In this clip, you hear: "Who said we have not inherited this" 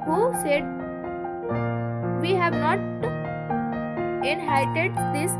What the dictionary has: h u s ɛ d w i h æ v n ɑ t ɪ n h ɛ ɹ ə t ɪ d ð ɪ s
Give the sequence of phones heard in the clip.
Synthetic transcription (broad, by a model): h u s ɛ d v i h æ v n ɑ t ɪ n h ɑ ə t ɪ d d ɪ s